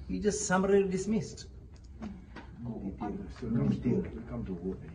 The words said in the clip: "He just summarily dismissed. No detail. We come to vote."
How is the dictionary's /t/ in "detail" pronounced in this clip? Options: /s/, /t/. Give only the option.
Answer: /s/